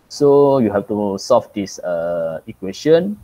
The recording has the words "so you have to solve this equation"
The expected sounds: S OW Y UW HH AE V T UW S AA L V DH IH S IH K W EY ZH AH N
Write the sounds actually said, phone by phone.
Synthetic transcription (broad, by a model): S OW Y UW HH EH F T UW S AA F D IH S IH K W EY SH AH N